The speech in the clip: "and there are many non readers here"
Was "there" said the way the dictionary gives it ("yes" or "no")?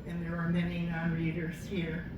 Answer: yes